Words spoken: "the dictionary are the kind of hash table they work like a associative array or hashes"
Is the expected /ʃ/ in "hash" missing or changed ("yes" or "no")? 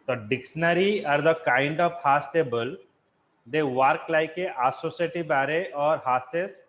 yes